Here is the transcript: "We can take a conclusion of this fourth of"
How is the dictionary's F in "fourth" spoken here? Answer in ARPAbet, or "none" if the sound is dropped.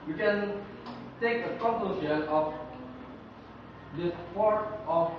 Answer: P